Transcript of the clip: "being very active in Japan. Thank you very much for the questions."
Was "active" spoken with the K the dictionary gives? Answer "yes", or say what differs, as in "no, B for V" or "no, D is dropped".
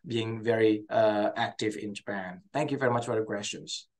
yes